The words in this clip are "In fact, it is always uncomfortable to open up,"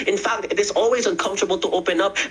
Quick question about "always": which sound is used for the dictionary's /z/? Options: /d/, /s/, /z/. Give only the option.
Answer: /z/